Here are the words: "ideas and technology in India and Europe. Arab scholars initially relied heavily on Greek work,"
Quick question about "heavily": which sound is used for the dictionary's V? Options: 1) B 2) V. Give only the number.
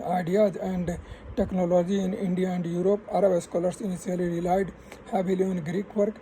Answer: 1